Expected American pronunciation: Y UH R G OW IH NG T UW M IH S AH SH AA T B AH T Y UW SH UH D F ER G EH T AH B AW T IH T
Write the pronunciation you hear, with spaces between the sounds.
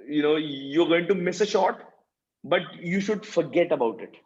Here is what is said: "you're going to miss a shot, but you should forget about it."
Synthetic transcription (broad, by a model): Y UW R G OW IH NG T UW M IH S AH SH AA T B AH T Y UW SH UH D F ER G EH T AH B AW T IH T